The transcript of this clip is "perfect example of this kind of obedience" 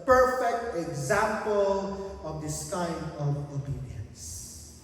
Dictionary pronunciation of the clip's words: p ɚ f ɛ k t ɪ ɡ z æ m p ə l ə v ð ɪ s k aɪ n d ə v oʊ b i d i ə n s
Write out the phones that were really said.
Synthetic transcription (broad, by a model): p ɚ f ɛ k t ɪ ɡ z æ m p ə l ə v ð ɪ s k aɪ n ə v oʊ b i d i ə n s